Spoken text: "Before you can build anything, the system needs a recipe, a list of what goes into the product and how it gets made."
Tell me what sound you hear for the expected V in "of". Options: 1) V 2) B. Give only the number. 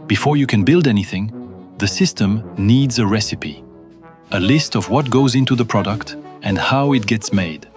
1